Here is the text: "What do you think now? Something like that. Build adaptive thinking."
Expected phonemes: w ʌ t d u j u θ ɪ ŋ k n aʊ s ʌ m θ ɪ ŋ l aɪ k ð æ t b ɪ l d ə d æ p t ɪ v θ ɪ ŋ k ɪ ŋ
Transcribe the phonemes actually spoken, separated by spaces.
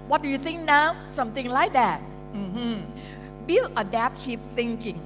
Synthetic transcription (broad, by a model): w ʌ t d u j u θ ɪ ŋ k n aʊ s ʌ m θ ɪ ŋ l aɪ k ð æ t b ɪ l ə d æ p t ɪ p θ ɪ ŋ k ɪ ŋ